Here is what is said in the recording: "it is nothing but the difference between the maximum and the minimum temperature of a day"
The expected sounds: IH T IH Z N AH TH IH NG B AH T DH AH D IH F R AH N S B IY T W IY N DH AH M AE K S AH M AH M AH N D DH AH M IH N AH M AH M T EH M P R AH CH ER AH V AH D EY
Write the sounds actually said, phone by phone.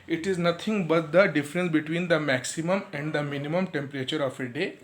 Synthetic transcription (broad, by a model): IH T IH Z N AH T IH NG B AH T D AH D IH F R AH N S B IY T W IY N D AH M AE K S AH M AH M AH N D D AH M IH N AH M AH M T EH M P R AH CH ER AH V AH D EY